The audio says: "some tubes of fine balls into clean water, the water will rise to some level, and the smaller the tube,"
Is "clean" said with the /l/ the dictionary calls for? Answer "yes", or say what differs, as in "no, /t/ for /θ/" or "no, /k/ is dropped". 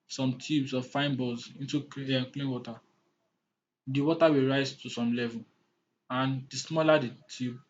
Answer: yes